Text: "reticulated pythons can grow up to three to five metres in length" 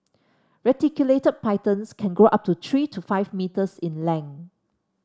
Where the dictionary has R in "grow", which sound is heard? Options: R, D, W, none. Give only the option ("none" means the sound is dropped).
none